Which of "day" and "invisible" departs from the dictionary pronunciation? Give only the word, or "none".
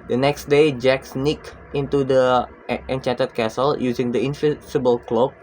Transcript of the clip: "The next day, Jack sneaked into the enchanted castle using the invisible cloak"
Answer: invisible